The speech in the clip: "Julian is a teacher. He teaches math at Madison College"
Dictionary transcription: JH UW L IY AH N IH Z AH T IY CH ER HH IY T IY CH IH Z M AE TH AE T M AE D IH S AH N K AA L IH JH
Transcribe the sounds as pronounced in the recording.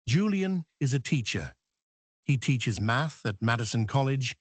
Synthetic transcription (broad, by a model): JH UW L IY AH N IH Z AH T IY CH ER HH IY T IY CH IH Z M AE TH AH T M AE D IH S AH N K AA L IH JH